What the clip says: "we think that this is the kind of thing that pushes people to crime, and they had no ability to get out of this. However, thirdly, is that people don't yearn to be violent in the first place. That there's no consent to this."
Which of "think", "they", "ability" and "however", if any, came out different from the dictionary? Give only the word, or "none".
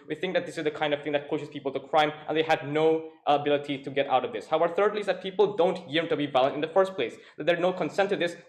however